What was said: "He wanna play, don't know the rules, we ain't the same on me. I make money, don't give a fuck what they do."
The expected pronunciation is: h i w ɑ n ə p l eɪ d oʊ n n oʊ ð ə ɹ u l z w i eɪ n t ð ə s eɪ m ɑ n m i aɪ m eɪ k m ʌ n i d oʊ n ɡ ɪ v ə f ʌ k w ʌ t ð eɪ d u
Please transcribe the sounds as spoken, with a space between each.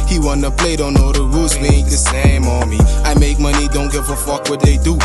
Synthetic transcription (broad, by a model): h i w ɑ n ə p l eɪ d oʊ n n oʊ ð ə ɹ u z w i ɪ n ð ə s eɪ m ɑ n m i aɪ m eɪ k m ʌ n i d oʊ n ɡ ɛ f ə f ʌ k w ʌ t ð eɪ d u